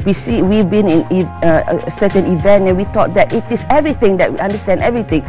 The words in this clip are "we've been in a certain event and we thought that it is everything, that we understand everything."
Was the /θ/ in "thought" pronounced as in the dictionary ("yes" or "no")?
no